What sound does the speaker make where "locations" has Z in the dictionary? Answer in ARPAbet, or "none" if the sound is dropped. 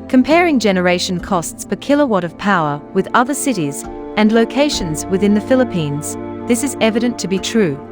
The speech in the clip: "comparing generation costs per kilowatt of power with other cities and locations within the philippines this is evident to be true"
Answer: Z